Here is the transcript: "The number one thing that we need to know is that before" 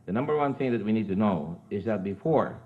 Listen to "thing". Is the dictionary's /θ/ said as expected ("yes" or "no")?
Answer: yes